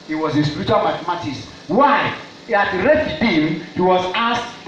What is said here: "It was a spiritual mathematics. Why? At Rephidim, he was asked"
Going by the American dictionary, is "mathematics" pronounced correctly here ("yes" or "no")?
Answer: no